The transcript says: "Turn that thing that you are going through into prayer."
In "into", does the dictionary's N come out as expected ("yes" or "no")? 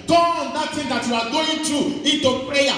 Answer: yes